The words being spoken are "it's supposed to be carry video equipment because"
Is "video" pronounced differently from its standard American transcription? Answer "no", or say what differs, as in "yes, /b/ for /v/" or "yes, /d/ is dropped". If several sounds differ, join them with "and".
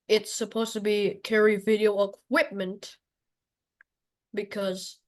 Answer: no